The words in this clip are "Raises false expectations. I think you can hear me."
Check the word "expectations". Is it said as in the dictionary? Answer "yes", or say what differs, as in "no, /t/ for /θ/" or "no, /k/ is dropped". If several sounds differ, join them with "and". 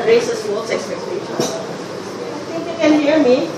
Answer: no, /z/ is dropped